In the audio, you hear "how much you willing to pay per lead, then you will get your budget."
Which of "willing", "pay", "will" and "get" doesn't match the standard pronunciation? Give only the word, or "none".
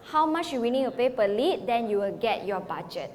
willing